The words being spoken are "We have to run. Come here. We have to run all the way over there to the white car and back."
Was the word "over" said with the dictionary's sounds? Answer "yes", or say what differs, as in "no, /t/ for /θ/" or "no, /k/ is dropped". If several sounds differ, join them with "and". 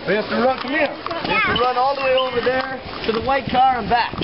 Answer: yes